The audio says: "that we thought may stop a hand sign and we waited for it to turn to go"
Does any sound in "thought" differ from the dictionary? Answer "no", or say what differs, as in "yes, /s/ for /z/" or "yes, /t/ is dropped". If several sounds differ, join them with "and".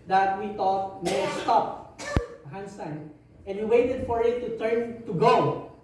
yes, /t/ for /θ/